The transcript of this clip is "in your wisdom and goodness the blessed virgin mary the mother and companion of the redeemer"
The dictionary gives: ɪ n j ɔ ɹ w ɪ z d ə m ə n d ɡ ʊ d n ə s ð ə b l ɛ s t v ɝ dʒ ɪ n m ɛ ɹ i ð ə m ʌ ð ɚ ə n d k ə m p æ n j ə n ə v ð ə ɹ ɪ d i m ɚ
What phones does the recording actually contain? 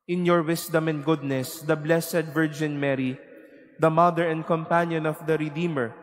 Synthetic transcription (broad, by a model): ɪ n j ɔ ɹ w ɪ s d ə m ə n d ɡ ʊ d n ə s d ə b l ɛ s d v ɝ dʒ ɪ n m ɛ ɹ i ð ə m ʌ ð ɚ ə n d k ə m p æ n j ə n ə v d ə ɹ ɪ d i m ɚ